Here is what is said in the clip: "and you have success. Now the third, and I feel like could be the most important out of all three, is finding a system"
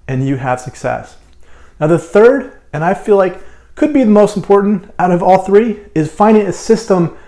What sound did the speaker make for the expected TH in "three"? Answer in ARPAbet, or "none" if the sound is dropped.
TH